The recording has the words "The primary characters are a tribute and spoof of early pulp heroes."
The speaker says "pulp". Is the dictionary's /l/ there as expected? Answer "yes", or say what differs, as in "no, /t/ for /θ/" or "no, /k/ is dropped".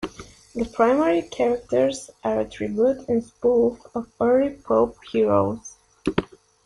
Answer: no, /l/ is dropped